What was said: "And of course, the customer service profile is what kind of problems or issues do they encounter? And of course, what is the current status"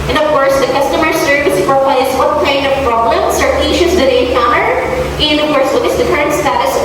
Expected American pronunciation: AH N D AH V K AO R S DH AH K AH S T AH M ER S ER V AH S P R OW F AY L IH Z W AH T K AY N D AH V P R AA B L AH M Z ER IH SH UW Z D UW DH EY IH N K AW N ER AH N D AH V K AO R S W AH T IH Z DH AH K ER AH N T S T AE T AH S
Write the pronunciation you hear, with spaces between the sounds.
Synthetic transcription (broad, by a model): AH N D AH V K AO R S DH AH K AH S T AH M ER S ER V AH S F R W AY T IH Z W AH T K AY N D AH V P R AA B L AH M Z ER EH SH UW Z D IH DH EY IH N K AW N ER AH N D AH V K AO R S W AH T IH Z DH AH K ER AH N T S T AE T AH S